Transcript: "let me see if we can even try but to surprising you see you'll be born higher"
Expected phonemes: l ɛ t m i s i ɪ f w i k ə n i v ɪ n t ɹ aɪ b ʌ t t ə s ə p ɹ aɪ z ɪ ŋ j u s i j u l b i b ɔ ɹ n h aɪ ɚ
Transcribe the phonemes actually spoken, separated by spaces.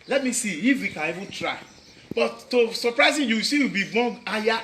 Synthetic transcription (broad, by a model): l ɛ t m i s i ɪ f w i k ə n i v ɪ n t ɹ aɪ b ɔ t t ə s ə p ɹ aɪ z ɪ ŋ j u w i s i w b i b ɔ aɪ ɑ